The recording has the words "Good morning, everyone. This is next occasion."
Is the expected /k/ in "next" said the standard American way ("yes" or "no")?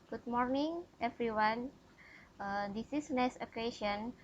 no